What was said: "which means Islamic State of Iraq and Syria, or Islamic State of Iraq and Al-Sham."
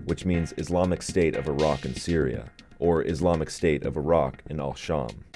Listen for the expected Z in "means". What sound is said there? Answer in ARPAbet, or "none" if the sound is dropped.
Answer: Z